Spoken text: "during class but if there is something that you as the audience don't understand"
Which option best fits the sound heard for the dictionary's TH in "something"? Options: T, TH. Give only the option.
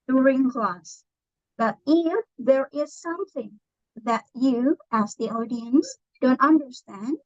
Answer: TH